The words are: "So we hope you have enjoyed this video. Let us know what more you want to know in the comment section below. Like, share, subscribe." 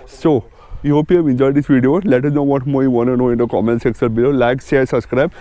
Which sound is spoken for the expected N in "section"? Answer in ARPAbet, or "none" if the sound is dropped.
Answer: L